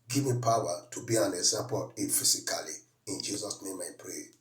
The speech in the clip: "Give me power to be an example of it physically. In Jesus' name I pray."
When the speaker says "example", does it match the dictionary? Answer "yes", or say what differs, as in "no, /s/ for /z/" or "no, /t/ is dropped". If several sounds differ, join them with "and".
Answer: no, /m/ is dropped